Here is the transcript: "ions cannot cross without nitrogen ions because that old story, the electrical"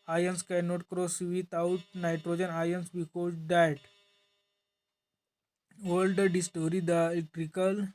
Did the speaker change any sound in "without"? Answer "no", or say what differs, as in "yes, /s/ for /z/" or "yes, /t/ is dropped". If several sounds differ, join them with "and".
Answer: yes, /t/ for /θ/